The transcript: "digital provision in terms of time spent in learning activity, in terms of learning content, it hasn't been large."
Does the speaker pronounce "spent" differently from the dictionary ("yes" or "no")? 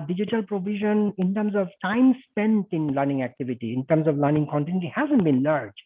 no